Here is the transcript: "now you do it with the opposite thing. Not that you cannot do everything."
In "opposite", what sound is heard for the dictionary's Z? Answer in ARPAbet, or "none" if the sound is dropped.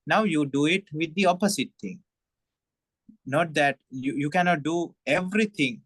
S